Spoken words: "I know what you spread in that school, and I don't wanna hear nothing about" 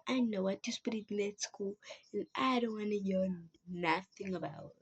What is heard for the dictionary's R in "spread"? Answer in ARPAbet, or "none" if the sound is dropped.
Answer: none